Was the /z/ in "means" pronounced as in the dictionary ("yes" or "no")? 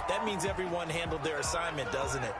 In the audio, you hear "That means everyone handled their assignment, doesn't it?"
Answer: yes